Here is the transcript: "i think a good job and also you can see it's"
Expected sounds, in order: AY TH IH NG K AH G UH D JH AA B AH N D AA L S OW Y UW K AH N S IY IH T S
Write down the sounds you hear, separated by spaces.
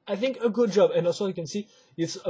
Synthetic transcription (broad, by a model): AY TH IH NG K AH G UH D JH AA B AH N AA S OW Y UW K AH N S IY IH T S